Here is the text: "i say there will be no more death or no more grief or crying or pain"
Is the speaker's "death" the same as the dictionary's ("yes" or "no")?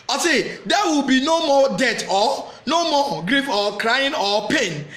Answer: no